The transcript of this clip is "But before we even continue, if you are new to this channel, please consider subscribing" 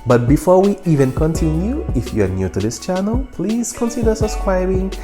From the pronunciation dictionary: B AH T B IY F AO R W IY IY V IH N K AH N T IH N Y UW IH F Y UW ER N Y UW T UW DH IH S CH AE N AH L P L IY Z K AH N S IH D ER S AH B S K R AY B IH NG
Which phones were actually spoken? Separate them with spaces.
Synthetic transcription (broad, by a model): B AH T B IY F AO R W IY IY V IH N K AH N T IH N Y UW IH F Y UW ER N Y UW T UW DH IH S CH AE N AH L P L IY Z K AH N S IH D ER S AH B S K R AY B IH NG